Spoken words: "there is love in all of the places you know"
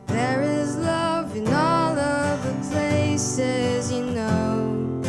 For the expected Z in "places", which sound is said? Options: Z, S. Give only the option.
Z